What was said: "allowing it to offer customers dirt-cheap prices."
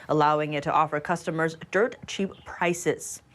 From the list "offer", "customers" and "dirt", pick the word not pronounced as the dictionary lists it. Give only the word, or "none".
none